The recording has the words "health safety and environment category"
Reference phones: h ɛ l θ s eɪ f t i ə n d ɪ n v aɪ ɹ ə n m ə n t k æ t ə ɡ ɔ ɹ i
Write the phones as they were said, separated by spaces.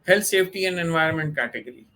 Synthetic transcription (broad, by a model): h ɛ l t s eɪ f t i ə n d ɪ n v aɪ ɹ ə n m ə n t k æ t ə ɡ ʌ ɹ i